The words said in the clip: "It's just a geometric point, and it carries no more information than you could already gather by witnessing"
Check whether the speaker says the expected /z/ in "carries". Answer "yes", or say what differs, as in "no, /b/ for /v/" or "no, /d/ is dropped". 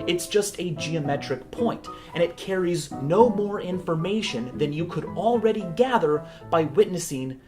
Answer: yes